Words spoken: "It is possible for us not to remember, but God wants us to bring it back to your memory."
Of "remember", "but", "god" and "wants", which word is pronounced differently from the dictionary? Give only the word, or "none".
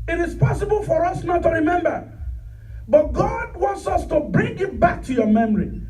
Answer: none